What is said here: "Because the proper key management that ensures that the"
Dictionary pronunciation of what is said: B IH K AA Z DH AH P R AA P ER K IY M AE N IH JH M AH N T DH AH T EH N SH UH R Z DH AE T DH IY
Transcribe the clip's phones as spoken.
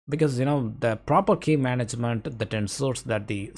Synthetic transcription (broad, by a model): B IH K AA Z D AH P R AA P ER K IY M AE N IH JH M AH N T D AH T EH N S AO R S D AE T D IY